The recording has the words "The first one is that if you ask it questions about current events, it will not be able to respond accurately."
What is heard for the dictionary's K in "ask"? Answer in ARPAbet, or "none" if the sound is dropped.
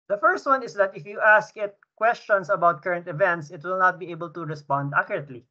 K